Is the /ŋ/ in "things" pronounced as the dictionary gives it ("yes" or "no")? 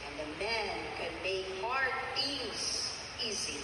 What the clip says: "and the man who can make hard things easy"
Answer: no